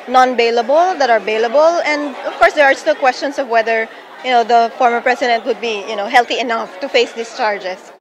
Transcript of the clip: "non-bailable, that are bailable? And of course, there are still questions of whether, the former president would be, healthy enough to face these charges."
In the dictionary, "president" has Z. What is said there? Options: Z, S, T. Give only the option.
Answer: S